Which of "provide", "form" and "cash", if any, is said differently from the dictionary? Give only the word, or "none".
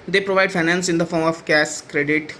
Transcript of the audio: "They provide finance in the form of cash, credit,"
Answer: cash